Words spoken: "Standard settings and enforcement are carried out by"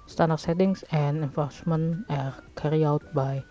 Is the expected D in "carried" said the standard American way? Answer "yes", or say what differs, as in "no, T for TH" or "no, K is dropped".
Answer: no, D is dropped